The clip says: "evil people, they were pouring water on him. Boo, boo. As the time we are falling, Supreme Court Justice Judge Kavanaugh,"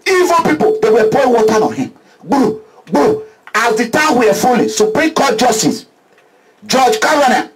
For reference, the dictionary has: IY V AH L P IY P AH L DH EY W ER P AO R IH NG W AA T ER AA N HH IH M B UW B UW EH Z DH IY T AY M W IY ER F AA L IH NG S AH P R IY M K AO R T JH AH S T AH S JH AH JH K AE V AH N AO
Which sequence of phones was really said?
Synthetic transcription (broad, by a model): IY V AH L P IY P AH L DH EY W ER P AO IH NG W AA T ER AA N HH IH M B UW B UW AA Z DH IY T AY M W IY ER F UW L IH S AH P R IY M K AO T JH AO S T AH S JH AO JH K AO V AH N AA